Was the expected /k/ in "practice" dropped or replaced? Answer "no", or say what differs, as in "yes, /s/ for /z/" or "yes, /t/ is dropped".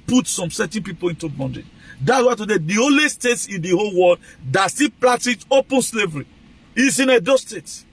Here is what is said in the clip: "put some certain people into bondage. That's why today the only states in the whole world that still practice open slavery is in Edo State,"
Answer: yes, /k/ is dropped